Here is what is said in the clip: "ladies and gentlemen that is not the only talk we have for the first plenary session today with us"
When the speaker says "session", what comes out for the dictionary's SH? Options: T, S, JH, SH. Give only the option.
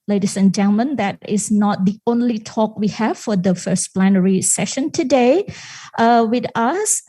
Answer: SH